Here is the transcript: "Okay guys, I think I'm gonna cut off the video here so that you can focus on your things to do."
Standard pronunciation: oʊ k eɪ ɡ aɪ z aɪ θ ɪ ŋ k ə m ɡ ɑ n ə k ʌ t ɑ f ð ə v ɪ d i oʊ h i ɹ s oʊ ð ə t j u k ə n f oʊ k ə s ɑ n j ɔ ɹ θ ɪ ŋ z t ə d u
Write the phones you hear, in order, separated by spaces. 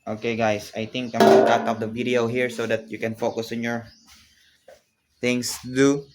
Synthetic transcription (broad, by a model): oʊ k eɪ ɡ aɪ s aɪ t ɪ ŋ k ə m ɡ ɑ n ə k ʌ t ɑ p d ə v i d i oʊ h i ɹ s oʊ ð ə t j u k ə n f oʊ k ə s ɑ n j ɔ ɹ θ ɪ ŋ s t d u